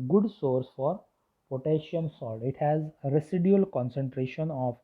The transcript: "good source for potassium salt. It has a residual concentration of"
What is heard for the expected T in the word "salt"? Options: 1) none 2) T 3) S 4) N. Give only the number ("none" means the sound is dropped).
1